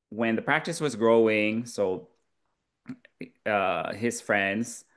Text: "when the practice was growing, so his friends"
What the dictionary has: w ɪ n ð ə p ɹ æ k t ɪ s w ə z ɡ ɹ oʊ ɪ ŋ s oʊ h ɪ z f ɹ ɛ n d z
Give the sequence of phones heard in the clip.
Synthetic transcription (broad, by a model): w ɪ n ð ə p ɹ æ k t ɪ s w ə z ɡ ɹ oʊ ɪ ŋ s oʊ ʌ ɪ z f ɹ ɛ n d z